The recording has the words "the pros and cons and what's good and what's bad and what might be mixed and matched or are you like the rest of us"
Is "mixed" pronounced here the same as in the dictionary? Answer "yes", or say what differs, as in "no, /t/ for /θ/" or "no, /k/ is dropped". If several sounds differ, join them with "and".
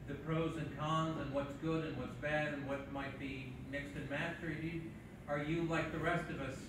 yes